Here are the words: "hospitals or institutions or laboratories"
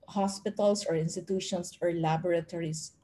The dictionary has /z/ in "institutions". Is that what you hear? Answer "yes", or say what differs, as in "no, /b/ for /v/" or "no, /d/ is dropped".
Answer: no, /s/ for /z/